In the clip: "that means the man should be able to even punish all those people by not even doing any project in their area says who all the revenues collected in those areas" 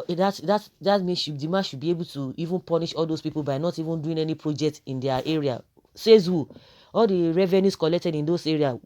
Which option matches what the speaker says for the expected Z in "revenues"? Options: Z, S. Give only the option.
S